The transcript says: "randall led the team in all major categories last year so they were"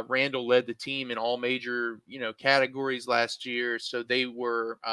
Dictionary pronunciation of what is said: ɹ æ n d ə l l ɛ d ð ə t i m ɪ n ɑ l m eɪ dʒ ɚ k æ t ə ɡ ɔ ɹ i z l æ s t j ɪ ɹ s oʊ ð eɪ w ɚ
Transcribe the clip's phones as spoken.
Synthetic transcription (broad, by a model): ɹ æ n d l l ɛ d ð ə t i m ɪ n ɑ l m eɪ dʒ ɚ k æ t ə ɡ ɔ ɹ i z l æ s t j ɪ ɹ s oʊ ð eɪ w ɚ